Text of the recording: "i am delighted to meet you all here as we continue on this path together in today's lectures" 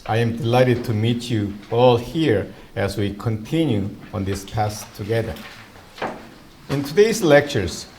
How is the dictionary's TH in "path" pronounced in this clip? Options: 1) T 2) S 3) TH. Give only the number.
2